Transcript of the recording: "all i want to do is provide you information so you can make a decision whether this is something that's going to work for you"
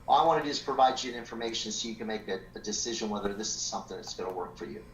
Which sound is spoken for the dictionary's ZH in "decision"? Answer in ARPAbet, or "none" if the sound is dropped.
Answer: ZH